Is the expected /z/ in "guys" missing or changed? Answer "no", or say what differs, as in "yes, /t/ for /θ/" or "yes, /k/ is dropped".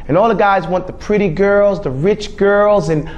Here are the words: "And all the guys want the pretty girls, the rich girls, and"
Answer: no